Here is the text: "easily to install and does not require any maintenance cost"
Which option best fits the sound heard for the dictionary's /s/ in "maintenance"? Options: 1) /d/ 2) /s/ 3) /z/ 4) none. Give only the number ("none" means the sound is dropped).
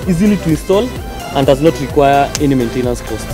2